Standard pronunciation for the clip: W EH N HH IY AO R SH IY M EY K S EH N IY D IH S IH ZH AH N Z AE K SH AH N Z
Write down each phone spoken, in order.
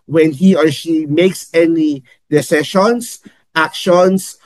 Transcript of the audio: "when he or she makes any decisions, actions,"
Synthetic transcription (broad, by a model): W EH N HH IY AO R SH IY M EY K S EH N IY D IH S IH SH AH N S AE K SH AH N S